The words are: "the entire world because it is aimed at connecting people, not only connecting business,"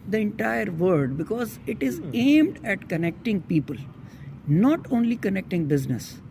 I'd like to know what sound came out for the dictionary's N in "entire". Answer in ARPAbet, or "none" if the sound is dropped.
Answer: N